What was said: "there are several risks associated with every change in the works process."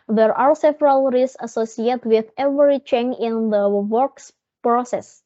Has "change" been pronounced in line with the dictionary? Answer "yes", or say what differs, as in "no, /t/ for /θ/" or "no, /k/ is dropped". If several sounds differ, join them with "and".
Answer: no, /dʒ/ is dropped